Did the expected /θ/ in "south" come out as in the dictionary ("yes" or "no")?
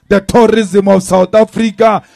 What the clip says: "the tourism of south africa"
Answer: no